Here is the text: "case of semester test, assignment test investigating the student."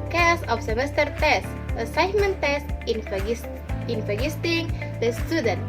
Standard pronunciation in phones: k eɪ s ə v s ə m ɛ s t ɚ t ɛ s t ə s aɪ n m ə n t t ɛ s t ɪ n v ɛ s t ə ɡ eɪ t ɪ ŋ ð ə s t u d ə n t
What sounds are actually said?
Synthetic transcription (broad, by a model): k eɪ s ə f s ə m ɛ s t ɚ t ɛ s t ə s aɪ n m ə n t t ɛ s t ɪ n i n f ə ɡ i t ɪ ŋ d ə s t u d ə n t